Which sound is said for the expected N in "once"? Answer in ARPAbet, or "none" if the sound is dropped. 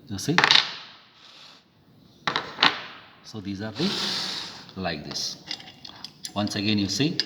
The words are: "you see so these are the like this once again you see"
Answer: N